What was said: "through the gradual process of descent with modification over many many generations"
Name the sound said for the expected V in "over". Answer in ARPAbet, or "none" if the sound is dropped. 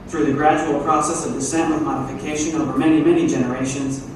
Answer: V